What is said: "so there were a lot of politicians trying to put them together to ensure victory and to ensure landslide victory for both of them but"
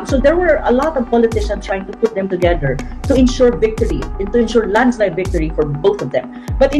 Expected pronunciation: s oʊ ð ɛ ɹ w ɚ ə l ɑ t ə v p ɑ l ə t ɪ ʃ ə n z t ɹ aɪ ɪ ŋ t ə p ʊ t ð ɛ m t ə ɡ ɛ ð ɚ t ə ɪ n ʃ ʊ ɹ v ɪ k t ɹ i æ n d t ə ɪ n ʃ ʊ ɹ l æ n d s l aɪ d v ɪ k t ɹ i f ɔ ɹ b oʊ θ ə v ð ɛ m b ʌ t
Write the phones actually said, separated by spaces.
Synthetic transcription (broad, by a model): s oʊ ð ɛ ɹ w ɚ ə l ɑ t ə v p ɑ l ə t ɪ ʃ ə n s t ɹ aɪ ɪ ŋ t ə p ʊ t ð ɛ m t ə ɡ ɛ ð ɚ t ə ɪ n ʃ ʊ ɹ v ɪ k t ɹ i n t ə ɪ n ʃ ʊ ɹ l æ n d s l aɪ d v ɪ k t ɹ i f ɔ ɹ b oʊ θ ə v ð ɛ m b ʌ t